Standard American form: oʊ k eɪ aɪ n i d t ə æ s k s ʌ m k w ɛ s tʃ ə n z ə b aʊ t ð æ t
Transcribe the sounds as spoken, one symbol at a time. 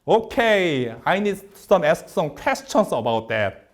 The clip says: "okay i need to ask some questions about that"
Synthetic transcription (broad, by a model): oʊ k eɪ aɪ n i d s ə æ s k s ʌ m k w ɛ s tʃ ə n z ə b aʊ t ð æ t